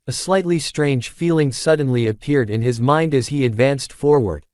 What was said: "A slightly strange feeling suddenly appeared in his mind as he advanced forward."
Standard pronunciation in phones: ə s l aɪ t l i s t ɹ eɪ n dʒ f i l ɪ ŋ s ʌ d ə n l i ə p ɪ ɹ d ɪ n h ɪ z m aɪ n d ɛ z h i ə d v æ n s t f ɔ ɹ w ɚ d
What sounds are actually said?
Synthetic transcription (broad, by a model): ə s l aɪ t l i s t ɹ eɪ n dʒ f i l ɪ ŋ s ʌ d n l i ə p ɪ ɹ d ɪ n ɪ z m aɪ n d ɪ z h i ə d v æ n s t f ɔ ɹ w ɚ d